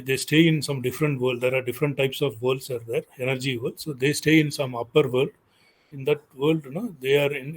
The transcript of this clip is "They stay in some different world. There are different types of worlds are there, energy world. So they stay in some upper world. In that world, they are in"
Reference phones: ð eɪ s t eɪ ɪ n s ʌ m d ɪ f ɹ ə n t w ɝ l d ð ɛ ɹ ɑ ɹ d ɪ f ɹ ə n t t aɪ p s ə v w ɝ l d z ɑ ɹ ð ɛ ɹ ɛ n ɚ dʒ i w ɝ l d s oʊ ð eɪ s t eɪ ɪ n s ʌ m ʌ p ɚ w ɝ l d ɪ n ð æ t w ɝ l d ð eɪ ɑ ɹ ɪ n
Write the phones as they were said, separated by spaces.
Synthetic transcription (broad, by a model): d eɪ s t eɪ ɪ n s ʌ m d ɪ f ɹ ə n t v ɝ l d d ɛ ɹ ɑ ɹ d ɪ f ɹ ə n t t aɪ p s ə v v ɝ l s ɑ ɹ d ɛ ɹ ɛ n ɚ dʒ i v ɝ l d s oʊ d eɪ s t eɪ ɪ n s ʌ m ʌ p ɚ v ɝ l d ɪ n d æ t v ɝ l d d eɪ ɑ ɹ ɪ n